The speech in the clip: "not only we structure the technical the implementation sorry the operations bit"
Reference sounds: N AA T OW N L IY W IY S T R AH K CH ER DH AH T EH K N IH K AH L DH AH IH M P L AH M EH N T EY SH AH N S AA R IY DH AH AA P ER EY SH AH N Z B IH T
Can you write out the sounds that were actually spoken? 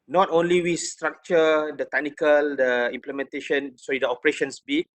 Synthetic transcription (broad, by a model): N AA T OW N L IY W IY S T R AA K CH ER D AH T EH K N IH K AH L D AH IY M P L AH M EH N T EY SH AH N S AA IY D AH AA P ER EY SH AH N S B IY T